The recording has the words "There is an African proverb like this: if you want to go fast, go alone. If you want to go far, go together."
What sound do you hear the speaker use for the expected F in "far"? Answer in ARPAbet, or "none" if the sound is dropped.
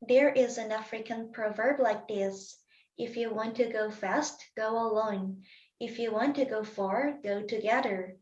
F